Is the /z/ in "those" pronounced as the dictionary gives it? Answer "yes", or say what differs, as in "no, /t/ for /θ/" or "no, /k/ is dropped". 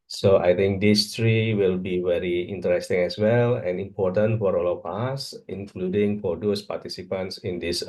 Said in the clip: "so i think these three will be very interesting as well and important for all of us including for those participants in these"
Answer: no, /s/ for /z/